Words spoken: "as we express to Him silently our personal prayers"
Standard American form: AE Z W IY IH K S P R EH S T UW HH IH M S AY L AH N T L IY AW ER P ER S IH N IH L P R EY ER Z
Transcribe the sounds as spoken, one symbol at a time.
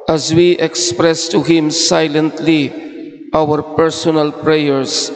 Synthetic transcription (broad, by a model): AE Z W IY IH K S P R EH S T UW HH IH M S AY L AH N T L IY AW ER P ER S IH N IH L P R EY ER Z